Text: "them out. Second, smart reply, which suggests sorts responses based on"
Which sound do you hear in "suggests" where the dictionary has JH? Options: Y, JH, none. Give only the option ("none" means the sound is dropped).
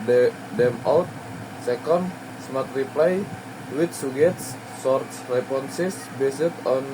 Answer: none